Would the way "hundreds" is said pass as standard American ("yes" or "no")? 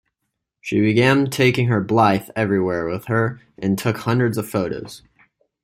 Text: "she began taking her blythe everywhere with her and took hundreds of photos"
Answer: yes